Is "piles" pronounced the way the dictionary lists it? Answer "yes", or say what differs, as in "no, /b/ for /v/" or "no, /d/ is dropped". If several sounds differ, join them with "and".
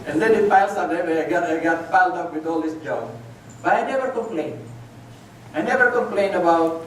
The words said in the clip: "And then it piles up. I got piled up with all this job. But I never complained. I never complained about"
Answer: no, /f/ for /p/ and /s/ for /z/